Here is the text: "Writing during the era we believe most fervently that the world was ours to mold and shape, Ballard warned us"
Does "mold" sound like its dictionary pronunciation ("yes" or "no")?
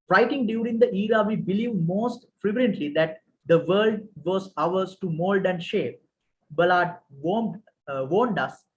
yes